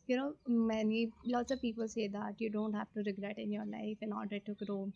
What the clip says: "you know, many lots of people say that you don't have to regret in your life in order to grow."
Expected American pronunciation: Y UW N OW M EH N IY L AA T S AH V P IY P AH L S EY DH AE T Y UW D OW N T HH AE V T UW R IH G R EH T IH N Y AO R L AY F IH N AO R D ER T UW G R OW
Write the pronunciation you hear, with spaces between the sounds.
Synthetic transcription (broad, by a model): Y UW N OW M EH N IY L AA T S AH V P IY P AH L S EY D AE T Y UW D OW N T HH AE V T UW R IH G R EH T IH N Y AO R L AY F IH N AO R D ER T UW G R OW